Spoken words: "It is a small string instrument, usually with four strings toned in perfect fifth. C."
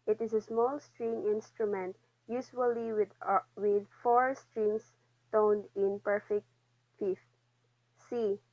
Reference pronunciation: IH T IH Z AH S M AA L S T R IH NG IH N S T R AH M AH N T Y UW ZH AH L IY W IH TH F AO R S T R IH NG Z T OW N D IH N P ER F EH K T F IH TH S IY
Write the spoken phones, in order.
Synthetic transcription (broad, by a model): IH T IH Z AH S M AA L S T R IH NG IH N S T R AH M AH N T Y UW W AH L IY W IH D F AO R S T R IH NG S T OW N D IH N P ER F EH K T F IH F S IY